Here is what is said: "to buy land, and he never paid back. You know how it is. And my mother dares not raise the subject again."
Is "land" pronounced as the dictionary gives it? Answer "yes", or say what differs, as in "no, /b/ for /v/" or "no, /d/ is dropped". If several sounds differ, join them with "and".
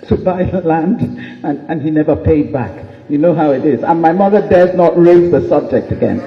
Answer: yes